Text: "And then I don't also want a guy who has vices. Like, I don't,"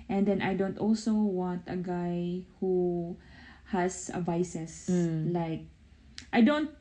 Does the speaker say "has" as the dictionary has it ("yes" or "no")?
no